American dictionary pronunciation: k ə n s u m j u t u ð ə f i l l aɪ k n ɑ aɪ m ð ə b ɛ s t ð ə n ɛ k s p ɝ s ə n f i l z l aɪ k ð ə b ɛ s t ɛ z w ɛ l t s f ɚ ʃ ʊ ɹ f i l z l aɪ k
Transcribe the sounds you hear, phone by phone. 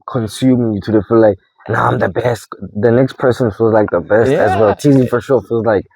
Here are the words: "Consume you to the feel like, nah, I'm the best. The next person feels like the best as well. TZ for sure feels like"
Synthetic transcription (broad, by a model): k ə n s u m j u t u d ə f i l l aɪ k n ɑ aɪ m ð ə b ɛ s t ð ə n ɛ k s p ɝ s ə n f i l z l aɪ k ð ə b ɛ s t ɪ z w ɛ l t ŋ f ɚ ʃ ʊ ɹ f i l z l aɪ k